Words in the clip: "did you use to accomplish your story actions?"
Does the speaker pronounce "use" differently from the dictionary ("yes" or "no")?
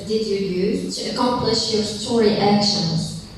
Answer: yes